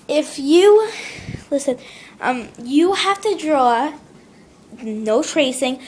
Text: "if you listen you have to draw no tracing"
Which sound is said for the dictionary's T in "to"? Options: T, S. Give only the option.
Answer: T